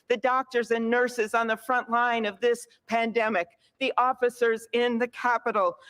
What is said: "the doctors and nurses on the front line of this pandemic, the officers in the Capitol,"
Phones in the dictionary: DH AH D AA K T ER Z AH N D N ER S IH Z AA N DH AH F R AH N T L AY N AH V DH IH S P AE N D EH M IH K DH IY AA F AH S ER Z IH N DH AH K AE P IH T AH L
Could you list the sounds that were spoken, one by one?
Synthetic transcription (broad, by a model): DH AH D AA K T ER Z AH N N ER S IH Z N DH AH F R AH N T L AY N AH V DH IH S P AE N D EH M IH K DH IY AA F AH S ER Z IH N DH AH K AE P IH T L